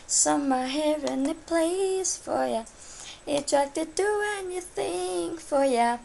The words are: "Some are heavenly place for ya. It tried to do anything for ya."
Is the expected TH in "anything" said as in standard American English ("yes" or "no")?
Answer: yes